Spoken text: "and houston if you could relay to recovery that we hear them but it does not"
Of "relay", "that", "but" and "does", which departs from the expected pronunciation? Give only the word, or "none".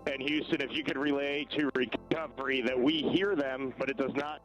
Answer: none